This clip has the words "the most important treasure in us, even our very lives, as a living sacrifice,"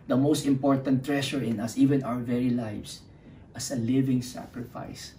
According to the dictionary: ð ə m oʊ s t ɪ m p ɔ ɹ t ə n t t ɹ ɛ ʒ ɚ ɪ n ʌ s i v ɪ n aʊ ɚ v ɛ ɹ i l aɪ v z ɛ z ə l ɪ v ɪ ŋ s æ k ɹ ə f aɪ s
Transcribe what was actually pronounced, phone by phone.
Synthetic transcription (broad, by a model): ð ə m oʊ s t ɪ m p ɔ ɹ t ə n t t ɹ ɛ ʃ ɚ ɪ n ʌ s i v ɪ n aʊ ɚ v ɛ ɹ i l aɪ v s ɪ s ə l ɪ v ɪ ŋ s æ k ɹ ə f aɪ s